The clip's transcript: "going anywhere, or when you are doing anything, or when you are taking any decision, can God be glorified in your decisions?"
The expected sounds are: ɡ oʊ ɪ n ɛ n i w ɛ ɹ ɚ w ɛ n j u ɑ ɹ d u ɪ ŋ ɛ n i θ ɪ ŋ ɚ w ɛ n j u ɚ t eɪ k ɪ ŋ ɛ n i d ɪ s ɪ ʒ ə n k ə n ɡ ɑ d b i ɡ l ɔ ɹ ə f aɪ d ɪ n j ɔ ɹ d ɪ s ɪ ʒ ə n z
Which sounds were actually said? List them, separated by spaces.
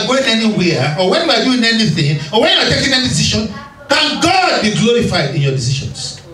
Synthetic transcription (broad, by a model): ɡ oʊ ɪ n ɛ n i w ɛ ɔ w ɛ n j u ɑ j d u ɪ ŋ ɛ n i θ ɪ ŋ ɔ w ɛ n j u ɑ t eɪ k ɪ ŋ ɛ n i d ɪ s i ʃ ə n k ə n ɡ ɑ d b i ɡ l ɔ ɹ ə f aɪ d ɪ n j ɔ d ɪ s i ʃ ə n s